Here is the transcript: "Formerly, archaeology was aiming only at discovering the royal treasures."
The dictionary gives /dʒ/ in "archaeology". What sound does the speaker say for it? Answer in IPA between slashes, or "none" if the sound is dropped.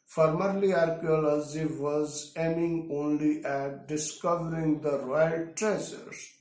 /z/